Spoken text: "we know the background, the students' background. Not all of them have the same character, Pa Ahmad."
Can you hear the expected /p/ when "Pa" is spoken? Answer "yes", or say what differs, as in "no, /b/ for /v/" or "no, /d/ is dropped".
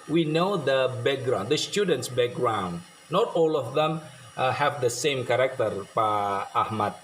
yes